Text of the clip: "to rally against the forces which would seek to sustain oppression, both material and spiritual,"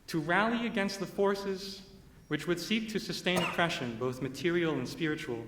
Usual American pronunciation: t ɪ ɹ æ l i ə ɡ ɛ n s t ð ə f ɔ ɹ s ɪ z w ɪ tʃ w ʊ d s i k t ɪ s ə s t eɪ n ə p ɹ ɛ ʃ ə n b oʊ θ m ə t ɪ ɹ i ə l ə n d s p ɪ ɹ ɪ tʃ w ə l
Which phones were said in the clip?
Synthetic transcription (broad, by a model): t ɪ ɹ æ l i ə ɡ ɛ n s t ð ə f ɔ ɹ s ɪ z w ɪ tʃ w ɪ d s i k t ɪ s ə s t eɪ n ə p ɹ ɛ ʃ ə n b oʊ θ m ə t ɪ ɹ i l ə n s p ɪ ɹ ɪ tʃ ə l